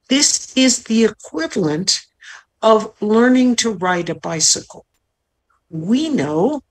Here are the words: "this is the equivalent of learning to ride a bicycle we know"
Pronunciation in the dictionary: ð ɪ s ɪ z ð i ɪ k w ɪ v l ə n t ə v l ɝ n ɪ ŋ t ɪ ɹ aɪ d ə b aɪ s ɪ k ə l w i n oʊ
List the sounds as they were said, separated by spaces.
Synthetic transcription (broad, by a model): ð ɪ s ɪ z ð i ɪ k w ɪ v l ə n t ə v l ɝ n ɪ ŋ t ɪ ɹ aɪ d ə b aɪ s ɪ k l w i n oʊ